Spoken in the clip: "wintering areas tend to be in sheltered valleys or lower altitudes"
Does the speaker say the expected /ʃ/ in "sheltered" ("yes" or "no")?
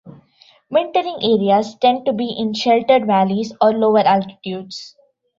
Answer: yes